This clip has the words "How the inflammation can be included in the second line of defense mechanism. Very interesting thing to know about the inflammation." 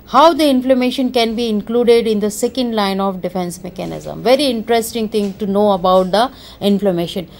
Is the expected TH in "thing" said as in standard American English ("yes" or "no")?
no